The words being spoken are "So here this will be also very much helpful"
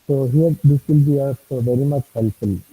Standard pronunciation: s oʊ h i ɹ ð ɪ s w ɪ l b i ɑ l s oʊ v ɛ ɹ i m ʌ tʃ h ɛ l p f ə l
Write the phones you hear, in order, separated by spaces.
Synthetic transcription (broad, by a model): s oʊ h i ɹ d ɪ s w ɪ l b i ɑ s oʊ v ɛ ɹ i m ʌ tʃ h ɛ l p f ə l